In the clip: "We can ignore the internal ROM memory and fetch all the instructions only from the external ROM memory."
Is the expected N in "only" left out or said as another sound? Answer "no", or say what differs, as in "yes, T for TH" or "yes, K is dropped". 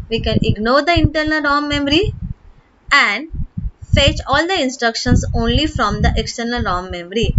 no